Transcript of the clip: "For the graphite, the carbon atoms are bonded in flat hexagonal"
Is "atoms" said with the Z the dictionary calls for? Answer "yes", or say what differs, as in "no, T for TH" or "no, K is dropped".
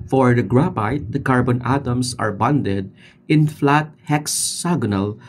no, S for Z